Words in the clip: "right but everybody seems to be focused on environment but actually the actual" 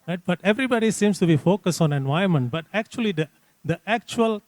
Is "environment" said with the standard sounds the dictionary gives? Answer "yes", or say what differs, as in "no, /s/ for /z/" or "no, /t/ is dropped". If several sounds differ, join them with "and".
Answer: no, /ɹ/ is dropped